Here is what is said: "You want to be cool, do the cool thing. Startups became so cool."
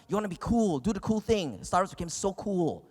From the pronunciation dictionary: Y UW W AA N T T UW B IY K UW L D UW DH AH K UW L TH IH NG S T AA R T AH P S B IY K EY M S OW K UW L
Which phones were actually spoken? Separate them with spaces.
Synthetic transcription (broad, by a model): Y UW W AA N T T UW B IY K UW L D UW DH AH K UW L TH IH NG S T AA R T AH S B IY K EY M S OW K UW L